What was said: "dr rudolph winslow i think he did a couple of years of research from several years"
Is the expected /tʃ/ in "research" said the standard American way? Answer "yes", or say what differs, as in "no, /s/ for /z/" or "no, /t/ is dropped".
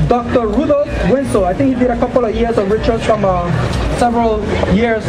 no, /s/ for /tʃ/